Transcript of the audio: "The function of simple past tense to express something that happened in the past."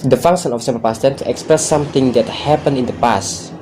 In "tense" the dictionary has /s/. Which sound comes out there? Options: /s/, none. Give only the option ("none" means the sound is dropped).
none